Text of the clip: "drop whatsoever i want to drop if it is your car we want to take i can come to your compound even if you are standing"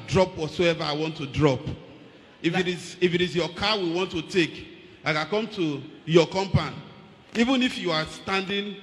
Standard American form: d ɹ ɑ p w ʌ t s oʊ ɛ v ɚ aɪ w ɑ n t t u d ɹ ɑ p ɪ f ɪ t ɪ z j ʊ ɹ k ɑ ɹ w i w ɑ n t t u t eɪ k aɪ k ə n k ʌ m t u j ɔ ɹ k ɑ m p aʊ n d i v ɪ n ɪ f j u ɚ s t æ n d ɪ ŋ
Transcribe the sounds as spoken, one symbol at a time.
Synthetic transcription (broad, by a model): d ɹ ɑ p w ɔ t s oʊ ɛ v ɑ aɪ w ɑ n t t u d ɹ ɑ p ɪ f ɪ t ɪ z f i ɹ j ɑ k w i w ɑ n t t u t eɪ k aɪ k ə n k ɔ m t u j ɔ k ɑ m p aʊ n i v ɪ n ɪ f j u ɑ s t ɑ n d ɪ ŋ